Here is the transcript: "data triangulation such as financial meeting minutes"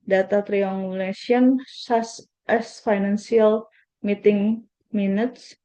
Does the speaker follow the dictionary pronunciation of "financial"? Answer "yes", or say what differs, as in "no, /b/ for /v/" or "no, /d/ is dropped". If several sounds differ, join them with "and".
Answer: no, /s/ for /ʃ/